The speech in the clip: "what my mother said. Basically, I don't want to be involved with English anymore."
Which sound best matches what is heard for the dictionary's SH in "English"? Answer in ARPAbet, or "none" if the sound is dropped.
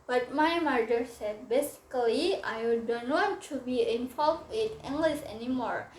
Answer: S